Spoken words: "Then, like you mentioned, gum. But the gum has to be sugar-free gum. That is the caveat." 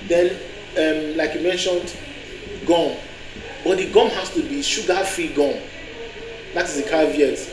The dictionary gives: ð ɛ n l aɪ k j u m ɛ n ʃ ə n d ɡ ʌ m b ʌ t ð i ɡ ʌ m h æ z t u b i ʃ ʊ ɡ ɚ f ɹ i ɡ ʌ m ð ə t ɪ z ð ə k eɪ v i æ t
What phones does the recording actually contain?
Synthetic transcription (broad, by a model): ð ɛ n l aɪ k j u m ɛ n ʃ ə n d ɡ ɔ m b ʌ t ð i ɡ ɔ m h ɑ s t u b i ʃ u ɡ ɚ f ɹ i ɡ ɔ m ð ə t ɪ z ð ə k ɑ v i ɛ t